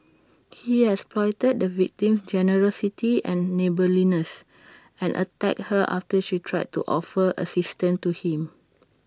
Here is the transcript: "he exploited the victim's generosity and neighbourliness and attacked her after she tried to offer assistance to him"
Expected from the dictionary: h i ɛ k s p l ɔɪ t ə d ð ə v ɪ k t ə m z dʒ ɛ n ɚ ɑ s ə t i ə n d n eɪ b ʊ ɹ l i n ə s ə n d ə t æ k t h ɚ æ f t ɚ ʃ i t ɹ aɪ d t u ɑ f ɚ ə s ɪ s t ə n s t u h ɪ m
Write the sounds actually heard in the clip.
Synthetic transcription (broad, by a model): h i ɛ s p l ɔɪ t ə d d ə v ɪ k t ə m s dʒ ɛ n ɚ ɑ s ə t i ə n n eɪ b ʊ l i n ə s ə n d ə t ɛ k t h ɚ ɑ f t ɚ ʃ i t ɹ aɪ d t u ɑ f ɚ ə s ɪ s t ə n t u h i m